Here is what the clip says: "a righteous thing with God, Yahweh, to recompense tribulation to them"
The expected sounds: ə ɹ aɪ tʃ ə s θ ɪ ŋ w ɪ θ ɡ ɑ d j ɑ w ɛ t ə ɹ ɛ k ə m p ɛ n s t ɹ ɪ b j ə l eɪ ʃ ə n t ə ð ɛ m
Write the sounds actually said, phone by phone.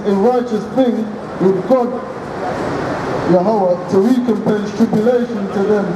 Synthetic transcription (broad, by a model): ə ɹ aɪ tʃ ə s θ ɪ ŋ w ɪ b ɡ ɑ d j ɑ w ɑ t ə w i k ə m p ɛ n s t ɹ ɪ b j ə l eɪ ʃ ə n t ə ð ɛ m